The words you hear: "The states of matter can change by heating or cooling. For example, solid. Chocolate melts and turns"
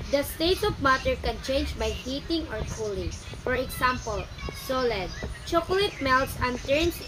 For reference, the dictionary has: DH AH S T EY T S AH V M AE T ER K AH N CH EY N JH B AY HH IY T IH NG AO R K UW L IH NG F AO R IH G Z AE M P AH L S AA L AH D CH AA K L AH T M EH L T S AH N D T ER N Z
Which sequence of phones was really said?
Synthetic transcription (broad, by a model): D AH S T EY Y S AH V M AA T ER K AH N CH EY N JH B AY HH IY T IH NG AO R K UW L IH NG F AO R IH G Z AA M P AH L S AA L AH D CH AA K L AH T M EH L T S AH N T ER N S